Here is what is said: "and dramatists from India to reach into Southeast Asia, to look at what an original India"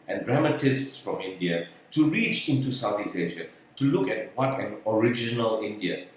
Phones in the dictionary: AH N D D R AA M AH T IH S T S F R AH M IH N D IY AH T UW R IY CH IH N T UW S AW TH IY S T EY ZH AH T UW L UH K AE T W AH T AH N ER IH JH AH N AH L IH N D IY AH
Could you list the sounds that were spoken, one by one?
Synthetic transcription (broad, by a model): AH N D D R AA M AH T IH S T S F R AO M IH N D IY AH T UW R IY CH IH N T UW S AW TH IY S EY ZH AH T UW L UH K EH T W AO T AH N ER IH JH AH N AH L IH N D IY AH